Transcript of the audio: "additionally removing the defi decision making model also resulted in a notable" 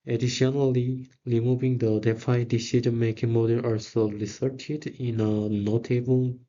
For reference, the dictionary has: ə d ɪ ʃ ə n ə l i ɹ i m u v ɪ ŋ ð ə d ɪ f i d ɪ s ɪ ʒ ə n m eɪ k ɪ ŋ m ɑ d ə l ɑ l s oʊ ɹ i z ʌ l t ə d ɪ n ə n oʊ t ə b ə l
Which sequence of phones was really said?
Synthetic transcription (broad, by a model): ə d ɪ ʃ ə n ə l i ɹ i m u v ɪ ŋ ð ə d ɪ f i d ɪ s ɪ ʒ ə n m eɪ k ɪ ŋ m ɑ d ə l ɑ l s oʊ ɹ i s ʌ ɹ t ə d ɪ n ə n oʊ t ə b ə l